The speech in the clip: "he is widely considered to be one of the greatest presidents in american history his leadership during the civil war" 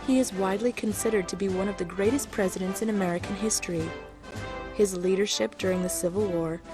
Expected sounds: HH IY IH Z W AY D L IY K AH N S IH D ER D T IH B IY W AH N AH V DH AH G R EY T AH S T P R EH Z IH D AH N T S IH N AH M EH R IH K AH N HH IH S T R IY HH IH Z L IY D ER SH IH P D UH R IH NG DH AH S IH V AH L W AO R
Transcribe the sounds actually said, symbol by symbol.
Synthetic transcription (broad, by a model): HH IY IH Z W AY D L IY K AH N S IH D ER D T IH B IY W AH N AH V DH AH G R EY T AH S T P R EH Z IH D AH N T S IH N AH M EH R IH K AH N HH IH S T R IY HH IH Z L IY D ER SH IH P D UH R IH NG DH AH S IH V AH L W AO R